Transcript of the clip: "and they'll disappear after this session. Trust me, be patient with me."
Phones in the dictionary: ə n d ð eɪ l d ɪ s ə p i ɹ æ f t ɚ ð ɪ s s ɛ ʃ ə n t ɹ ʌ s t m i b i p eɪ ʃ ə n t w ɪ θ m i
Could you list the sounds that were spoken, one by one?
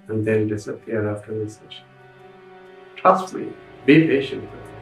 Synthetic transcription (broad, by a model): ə n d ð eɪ n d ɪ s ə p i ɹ æ f t ɚ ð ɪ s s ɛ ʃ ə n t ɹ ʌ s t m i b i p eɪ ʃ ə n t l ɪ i